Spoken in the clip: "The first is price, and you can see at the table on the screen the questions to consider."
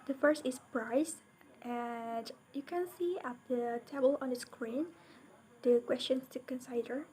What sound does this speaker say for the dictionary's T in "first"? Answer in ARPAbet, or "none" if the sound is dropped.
T